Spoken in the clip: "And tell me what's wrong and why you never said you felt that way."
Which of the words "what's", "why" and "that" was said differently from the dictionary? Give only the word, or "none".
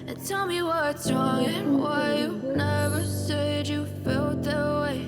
what's